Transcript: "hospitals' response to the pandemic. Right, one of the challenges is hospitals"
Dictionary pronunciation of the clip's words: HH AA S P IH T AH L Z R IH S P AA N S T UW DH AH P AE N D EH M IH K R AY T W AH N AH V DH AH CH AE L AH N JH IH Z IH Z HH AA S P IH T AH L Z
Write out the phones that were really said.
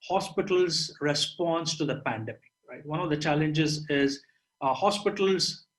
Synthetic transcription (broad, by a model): HH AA S P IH T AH L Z R IH S P AA N S T UW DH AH P AE N D EH M IH K R AY T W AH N AH V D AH CH AE L AH N JH IH Z IH Z HH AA S P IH T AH L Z